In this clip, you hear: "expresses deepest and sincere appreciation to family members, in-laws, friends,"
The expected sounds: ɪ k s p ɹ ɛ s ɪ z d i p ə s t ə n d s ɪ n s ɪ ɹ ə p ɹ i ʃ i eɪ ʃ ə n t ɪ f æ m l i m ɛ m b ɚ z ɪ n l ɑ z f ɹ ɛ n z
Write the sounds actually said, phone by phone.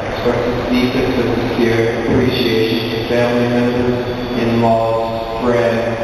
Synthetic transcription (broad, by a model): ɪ k s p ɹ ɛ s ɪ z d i f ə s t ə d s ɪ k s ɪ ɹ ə p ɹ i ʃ i eɪ ʃ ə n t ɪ f æ m l i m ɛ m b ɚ z ɪ n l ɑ f ɹ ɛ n